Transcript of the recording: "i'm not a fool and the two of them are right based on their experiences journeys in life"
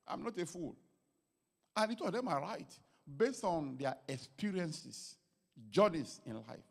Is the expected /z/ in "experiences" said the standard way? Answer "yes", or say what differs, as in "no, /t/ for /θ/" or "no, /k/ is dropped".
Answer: no, /s/ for /z/